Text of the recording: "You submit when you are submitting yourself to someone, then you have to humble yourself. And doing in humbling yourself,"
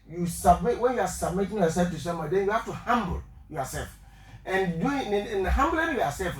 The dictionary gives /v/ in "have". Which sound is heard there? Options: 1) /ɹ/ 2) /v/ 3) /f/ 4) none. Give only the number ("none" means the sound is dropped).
3